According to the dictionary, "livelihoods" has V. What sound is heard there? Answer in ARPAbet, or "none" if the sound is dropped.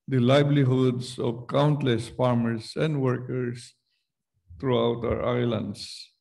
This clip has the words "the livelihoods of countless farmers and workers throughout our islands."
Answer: B